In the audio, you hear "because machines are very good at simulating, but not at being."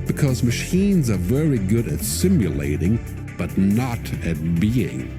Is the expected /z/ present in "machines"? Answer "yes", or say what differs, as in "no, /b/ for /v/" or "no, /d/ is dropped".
yes